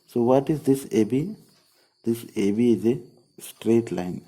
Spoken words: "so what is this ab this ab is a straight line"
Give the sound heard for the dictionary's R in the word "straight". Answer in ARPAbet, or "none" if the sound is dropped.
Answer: R